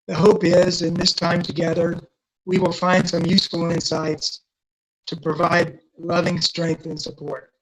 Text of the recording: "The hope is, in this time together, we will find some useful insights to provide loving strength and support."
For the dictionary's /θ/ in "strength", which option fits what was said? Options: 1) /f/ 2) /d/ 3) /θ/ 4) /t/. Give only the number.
3